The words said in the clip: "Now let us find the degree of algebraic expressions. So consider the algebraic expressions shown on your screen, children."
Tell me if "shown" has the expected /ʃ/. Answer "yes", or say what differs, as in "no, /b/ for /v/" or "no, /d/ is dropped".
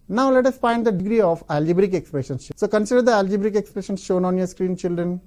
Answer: yes